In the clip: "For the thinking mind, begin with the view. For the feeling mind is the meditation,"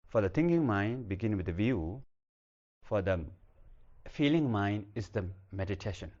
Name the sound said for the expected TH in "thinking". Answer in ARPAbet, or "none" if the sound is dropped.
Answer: T